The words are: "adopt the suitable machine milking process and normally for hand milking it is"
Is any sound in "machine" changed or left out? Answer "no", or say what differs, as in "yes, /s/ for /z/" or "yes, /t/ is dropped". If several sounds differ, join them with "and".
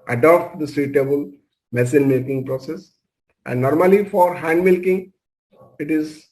yes, /s/ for /ʃ/